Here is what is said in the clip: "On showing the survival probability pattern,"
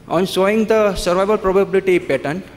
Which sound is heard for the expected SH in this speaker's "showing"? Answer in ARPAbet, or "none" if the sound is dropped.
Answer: S